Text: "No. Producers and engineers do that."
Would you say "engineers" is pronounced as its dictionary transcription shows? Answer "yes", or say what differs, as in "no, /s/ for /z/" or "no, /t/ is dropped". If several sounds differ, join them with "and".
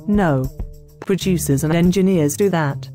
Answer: yes